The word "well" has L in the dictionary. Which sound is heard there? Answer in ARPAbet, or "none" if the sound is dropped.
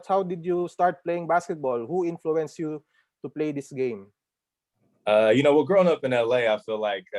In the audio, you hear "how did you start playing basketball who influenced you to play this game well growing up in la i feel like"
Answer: W